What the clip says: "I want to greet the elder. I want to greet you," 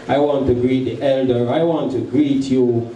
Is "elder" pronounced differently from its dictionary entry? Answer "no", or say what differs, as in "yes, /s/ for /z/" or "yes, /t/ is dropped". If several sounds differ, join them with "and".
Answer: no